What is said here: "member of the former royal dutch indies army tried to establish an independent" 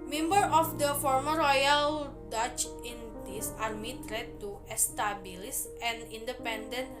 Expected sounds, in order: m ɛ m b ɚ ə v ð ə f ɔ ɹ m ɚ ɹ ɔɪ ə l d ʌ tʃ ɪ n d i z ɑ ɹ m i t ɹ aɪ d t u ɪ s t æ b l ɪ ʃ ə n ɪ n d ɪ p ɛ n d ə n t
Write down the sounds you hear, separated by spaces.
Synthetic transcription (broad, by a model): m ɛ m b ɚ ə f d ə f ɔ ɹ m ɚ ɹ ɔɪ ə l d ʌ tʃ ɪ n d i s ɑ ɹ m i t ɹ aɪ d t u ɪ s t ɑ b l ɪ s ə n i n d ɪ p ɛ n d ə n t